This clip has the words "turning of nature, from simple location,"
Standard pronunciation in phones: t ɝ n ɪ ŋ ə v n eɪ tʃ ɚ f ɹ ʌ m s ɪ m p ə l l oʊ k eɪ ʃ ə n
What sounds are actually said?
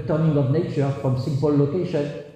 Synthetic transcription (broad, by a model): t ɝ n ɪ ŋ ə v n eɪ tʃ ɚ f ɹ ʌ m s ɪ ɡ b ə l l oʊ k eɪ ʃ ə n